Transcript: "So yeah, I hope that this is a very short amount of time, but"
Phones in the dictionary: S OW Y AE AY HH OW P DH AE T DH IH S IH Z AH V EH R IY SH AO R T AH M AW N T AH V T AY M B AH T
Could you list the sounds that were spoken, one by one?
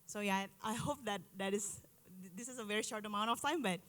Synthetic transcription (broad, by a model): S OW Y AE AY HH OW P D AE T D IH S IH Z AH V EH R IY SH AO R T AH M AW N T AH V T AY M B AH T